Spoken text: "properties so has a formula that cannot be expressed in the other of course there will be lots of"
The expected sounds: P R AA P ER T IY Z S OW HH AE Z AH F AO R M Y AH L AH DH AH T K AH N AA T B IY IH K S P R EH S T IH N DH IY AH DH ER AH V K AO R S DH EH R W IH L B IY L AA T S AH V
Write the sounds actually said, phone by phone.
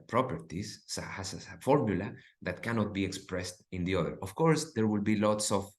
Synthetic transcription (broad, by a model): P R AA P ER T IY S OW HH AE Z AH F AO R M Y AH L AH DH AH T K AH N AA T B IY IH K S P R EH S T IH N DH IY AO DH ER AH F K AO R S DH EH R W IH L B IY L AA T S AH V